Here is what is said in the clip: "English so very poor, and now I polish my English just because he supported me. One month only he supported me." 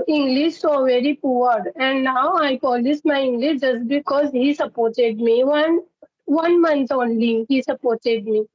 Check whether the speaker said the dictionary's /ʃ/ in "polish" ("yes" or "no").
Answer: no